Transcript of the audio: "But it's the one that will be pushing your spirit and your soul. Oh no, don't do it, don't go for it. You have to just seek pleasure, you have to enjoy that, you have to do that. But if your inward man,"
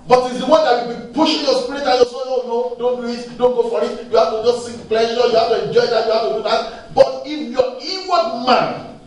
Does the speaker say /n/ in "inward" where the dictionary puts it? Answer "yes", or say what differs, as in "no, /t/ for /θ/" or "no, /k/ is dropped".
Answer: no, /n/ is dropped